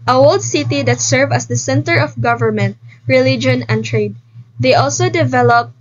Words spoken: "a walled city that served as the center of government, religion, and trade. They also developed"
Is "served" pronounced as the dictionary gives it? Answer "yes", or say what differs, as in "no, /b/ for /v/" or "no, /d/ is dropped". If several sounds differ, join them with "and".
no, /d/ is dropped